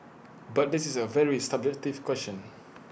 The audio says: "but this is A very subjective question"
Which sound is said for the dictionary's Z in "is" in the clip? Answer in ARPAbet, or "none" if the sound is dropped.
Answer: S